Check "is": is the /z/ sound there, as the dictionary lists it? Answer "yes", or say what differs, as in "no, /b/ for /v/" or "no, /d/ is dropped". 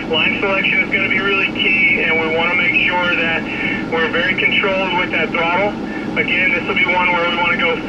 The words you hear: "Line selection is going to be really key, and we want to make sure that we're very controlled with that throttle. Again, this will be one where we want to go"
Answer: yes